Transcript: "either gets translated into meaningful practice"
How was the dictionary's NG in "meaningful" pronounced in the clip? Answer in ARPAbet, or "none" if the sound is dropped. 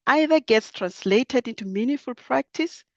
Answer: none